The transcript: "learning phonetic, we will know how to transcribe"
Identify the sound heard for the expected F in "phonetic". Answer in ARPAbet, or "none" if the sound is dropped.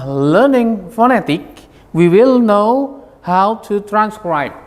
F